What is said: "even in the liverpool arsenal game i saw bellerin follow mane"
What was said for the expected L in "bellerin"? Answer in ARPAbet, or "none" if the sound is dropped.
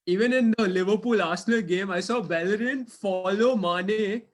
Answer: L